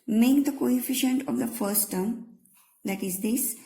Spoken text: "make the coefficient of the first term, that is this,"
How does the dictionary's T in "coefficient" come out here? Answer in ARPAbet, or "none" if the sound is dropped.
T